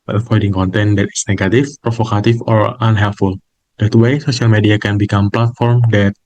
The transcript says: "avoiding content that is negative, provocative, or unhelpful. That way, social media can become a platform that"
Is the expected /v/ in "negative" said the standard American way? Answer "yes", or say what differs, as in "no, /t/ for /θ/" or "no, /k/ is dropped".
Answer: no, /f/ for /v/